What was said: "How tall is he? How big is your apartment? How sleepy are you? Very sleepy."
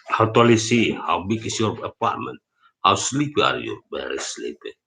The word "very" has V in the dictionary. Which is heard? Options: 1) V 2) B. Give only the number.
2